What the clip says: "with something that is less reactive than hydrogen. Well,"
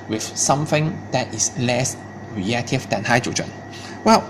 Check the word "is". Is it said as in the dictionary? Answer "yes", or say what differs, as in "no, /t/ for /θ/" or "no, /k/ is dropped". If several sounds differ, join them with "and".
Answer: no, /s/ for /z/